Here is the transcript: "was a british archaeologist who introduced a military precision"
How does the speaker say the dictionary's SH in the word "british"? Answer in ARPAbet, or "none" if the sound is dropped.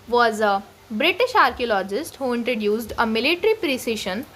SH